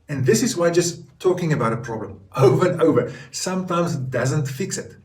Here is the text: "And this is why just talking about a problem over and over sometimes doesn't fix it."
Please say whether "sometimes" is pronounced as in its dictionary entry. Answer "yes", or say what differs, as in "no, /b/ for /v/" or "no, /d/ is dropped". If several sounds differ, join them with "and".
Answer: yes